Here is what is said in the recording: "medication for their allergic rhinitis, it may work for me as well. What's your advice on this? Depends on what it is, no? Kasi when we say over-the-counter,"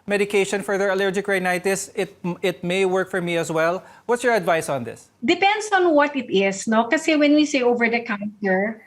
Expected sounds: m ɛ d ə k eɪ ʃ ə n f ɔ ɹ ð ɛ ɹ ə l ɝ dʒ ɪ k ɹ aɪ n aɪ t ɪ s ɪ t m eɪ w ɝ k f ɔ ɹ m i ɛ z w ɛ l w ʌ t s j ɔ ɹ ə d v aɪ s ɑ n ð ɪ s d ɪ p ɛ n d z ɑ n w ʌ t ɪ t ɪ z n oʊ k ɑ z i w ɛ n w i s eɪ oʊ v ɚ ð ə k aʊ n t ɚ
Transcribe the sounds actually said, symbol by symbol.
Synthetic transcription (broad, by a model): m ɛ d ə k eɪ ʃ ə n f ɔ ɹ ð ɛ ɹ ə l ɝ dʒ ɪ k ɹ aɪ n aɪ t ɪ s ɪ t m eɪ w ɝ k f ɔ ɹ m i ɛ s w ɛ l w ʌ t s j ɔ ɹ ə d v aɪ s ɑ n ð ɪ s d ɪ p ɛ n d s ɑ n w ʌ t ɪ t ɪ s n oʊ k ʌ s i w ɛ n w i s eɪ oʊ v ɚ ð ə k aʊ n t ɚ